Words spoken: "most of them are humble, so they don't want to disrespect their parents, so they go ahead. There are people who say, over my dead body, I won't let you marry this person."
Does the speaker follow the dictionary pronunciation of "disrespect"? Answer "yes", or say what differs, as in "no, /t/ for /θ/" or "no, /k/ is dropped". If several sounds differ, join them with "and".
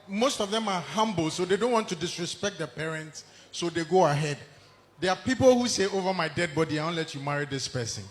yes